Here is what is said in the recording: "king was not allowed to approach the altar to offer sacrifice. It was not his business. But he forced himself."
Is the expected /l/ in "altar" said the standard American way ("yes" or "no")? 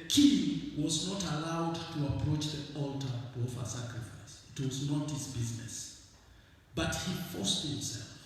yes